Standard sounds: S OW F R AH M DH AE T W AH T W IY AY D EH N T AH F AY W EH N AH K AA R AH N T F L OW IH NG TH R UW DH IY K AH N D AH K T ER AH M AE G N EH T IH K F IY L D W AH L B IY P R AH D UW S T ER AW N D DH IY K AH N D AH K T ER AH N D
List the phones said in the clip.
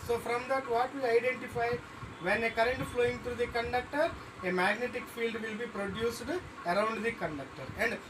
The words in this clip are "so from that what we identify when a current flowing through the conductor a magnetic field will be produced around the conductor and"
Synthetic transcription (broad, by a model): S OW F R AH M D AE T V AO T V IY AY D EH N T AH F AY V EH N AH K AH R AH N T F L OW IH NG T R UW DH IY K AH N D AH K T ER AH M AE G N EH T IH K F IY L D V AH L B IY P R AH D UW S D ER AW N D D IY K AH N D AH K T ER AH N D